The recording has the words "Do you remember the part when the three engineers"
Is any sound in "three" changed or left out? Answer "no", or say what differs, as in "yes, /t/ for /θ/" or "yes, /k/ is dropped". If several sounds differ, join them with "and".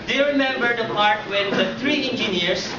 yes, /t/ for /θ/